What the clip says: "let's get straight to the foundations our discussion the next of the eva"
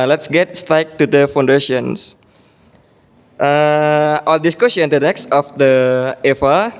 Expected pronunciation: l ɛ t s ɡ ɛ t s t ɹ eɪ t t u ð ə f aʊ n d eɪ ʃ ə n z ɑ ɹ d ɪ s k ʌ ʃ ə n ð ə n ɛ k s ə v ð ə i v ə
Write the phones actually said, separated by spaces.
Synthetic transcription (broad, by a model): l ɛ t s ɡ ɛ t s t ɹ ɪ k t u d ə f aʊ n d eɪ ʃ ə n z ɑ l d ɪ s k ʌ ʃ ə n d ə n ɛ k s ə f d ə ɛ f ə